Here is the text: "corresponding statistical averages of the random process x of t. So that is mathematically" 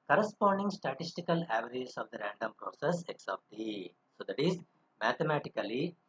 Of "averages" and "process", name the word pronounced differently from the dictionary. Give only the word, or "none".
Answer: averages